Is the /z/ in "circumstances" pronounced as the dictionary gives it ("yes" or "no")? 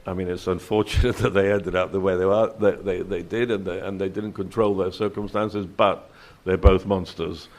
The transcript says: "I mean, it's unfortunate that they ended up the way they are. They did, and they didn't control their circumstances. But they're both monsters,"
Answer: yes